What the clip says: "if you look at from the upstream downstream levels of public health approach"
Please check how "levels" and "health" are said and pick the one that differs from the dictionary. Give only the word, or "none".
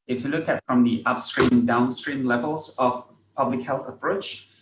none